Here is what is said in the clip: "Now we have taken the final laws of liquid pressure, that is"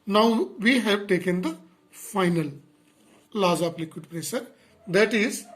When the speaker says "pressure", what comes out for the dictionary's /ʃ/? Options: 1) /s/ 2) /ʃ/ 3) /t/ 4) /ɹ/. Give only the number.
1